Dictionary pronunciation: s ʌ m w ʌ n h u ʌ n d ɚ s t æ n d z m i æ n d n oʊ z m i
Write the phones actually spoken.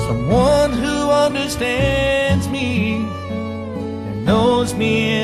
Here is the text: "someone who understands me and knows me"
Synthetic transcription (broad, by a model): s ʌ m w ʌ n h u ʌ n d ɚ s t æ n d z m i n n oʊ z m i